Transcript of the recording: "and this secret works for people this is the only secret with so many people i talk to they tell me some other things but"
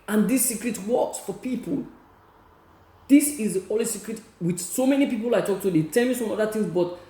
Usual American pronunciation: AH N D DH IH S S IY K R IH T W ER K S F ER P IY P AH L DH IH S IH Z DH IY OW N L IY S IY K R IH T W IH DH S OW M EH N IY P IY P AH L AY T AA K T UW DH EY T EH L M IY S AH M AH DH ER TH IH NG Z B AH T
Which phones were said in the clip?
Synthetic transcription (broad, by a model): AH N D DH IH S S IY K R IH T W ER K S F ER P IY P AH L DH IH S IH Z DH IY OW L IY S IY K R IH T W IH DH S OW M EH N IY P IY P AH L AY T AA K T UW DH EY T EH L M IY S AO M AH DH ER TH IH NG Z B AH T